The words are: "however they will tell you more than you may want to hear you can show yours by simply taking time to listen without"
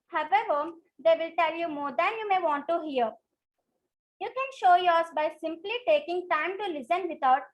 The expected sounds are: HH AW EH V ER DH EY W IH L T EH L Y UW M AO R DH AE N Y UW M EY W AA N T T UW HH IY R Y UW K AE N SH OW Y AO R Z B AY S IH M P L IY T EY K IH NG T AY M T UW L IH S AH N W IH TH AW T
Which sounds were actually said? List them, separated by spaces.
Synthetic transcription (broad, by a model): HH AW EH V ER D EY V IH L T EH L Y UW M AO R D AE N Y UW M EY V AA N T T UW HH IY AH Y UW K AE N SH OW Y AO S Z B AY S IH M P L IY T EY K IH NG T AY M T UW L IH S AH N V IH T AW T